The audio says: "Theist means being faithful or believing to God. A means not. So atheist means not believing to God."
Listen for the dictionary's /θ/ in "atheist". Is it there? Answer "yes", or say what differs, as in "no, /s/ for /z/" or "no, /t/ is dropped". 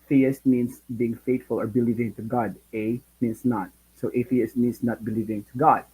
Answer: no, /f/ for /θ/